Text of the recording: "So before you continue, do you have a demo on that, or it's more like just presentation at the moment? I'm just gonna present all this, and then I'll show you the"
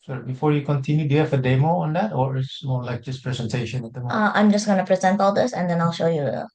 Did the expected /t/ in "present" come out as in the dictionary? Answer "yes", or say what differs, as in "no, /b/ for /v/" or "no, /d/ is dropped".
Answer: yes